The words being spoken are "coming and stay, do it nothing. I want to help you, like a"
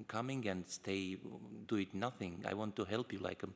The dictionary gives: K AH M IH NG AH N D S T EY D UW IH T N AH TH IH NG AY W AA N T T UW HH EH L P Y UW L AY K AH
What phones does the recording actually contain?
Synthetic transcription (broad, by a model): K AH M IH NG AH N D S T EY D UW IH T N AH TH IH NG AY W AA N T T UW HH EH L P Y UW L AY K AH